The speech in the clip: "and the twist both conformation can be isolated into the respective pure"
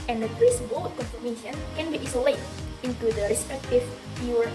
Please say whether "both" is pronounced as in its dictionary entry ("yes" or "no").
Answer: no